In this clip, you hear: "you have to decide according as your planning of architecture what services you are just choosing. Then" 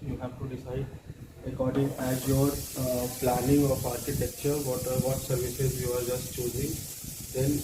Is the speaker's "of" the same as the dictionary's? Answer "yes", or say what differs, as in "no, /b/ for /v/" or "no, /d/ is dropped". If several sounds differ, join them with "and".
no, /p/ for /v/